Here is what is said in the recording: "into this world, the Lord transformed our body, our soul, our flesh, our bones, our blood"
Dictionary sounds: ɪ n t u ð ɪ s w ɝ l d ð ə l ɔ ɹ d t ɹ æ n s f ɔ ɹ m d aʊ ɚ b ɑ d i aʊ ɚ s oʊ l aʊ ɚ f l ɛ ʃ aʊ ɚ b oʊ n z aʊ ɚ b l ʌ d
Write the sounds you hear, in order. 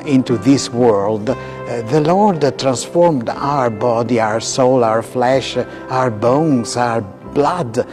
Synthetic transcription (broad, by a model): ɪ n t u ð ɪ s w ɝ l d ð ə l ɔ ɹ d t ɹ æ n s f ɔ ɹ m d aʊ ɚ b ɑ d i aʊ ɚ s oʊ l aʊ ɚ f l ɛ ʃ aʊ ɚ b oʊ n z aʊ ɚ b l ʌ d